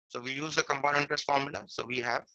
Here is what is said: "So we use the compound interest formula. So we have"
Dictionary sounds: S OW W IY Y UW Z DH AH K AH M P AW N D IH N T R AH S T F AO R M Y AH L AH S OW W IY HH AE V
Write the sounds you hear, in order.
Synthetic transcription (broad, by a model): S OW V IY Y UW Z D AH K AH M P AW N IH N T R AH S F AO R M Y AH L AH S OW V IY HH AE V